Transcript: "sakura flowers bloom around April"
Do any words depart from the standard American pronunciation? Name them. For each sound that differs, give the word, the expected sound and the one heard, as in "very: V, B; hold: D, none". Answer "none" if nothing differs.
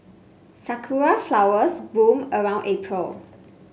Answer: flowers: Z, S; bloom: L, none